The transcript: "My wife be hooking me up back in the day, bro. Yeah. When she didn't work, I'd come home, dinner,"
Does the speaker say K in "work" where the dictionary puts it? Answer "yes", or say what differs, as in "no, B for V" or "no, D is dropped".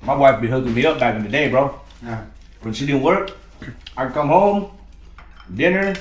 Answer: yes